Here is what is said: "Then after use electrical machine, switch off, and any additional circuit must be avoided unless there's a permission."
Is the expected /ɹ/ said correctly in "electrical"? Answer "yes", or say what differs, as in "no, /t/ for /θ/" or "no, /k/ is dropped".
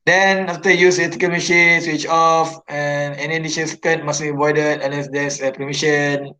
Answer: no, /ɹ/ is dropped